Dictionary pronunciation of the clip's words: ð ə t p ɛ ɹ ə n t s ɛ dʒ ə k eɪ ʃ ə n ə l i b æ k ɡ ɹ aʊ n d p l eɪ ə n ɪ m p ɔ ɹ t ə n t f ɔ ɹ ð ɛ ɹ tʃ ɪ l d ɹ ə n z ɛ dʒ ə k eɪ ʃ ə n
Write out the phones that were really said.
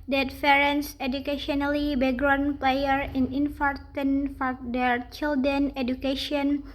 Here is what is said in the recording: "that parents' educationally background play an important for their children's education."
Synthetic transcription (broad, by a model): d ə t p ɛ ɹ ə n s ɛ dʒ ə k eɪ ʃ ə n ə l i b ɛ ɡ ɹ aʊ n p l eɪ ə n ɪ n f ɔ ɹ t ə n f ɔ ɹ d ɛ ɹ tʃ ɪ l d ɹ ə n ɛ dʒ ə k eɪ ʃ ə n